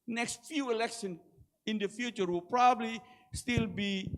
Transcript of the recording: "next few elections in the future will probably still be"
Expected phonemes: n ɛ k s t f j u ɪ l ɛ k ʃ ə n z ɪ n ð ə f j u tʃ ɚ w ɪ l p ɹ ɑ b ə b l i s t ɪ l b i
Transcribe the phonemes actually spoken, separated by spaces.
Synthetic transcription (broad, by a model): n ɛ k s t f j u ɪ l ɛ k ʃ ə n ɪ n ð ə f j u tʃ ɚ w ɪ l p ɹ ɑ b ə b l i s t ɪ l b i